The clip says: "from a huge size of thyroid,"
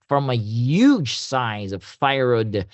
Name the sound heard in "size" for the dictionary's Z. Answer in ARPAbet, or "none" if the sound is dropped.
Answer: Z